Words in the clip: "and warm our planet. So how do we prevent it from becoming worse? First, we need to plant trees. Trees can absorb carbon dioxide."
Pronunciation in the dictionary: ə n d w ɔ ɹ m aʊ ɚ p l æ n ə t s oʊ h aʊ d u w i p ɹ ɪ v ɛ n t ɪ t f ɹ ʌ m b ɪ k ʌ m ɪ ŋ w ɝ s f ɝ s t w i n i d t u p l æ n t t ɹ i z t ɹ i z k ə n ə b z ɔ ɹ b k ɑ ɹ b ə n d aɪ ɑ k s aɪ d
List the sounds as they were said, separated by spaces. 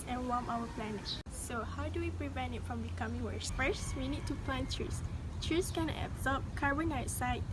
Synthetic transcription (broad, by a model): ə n w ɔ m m aʊ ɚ p l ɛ n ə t s oʊ h aʊ d u w i p ɹ ɪ v ɛ n t ɪ t f ɹ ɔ m b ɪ k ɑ m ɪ ŋ w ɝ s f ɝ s w i n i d t u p l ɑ n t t ɹ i s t ɹ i s k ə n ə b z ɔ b k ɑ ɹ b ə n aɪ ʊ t s aɪ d